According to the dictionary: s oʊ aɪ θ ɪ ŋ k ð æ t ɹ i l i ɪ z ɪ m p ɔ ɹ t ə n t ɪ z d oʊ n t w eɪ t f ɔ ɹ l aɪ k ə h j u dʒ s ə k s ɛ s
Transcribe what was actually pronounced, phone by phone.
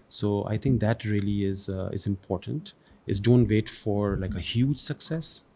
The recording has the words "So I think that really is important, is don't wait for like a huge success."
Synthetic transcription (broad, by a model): s oʊ aɪ t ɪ ŋ k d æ t ɹ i l i ɪ z ɪ m p ɔ ɹ t ə n t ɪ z d oʊ n t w eɪ t f ɔ ɹ l aɪ k ə h j u dʒ s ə k s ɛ s